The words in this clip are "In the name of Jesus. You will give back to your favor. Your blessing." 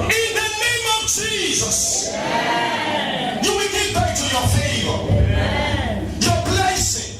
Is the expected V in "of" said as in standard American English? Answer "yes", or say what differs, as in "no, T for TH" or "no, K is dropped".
yes